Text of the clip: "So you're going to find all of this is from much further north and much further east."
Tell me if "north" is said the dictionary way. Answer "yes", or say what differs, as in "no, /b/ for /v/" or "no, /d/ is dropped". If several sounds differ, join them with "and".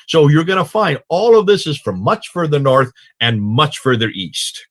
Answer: yes